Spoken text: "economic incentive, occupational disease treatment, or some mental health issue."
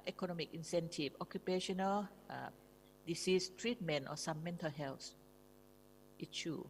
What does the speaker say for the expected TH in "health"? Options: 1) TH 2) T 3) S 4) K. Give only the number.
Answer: 3